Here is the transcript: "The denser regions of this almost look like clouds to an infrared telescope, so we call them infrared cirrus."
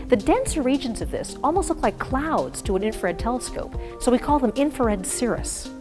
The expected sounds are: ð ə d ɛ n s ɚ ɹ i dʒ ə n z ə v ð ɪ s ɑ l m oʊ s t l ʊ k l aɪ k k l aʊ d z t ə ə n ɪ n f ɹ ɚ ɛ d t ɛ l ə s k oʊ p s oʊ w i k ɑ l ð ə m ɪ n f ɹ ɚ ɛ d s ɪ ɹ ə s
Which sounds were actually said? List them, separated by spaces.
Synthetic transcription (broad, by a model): ð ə d ɛ n s ɚ ɹ i dʒ ə n z ə v ð ɪ s ɑ l m oʊ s t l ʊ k l aɪ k k l aʊ d z t ə ə n ɪ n f ɚ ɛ d t ɛ l ə s k oʊ p s oʊ w i k ɑ l ð ə m ɪ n f ɚ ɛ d s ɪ ɹ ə s